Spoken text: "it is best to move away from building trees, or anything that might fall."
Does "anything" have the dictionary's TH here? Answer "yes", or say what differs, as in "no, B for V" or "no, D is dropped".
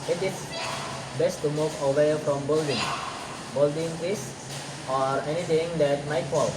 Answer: no, T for TH